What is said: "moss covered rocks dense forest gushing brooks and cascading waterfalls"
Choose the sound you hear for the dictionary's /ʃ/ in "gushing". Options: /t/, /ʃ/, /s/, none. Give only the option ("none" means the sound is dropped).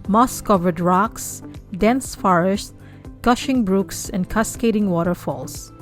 /ʃ/